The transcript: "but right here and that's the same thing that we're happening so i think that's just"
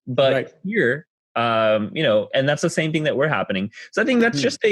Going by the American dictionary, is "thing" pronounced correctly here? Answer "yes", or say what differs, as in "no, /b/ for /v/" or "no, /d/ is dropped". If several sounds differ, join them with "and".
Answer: yes